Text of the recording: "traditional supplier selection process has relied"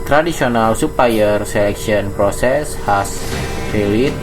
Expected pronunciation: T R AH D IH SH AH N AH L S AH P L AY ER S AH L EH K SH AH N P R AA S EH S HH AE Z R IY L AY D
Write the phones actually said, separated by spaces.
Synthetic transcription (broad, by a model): T R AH D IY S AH N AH L S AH P AY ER S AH L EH K S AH N P R AA S EH S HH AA S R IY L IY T